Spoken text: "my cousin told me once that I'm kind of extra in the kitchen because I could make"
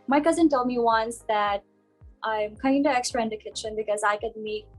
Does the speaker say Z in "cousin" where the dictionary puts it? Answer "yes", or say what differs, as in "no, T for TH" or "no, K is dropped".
yes